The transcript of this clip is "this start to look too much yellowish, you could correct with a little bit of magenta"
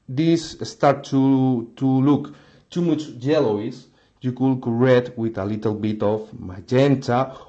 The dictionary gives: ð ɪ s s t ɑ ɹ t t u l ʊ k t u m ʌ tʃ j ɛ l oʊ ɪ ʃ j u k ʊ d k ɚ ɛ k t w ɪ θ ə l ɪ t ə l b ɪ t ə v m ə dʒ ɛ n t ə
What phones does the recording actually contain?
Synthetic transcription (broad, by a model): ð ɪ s s t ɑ ɹ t t u l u k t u m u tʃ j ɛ l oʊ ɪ s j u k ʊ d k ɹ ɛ t w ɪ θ ə l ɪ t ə l b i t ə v m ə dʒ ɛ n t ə